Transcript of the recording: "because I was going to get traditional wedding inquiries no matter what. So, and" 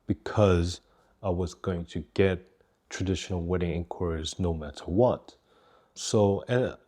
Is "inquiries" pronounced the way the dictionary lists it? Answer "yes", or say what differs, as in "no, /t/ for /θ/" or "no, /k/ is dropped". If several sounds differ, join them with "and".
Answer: yes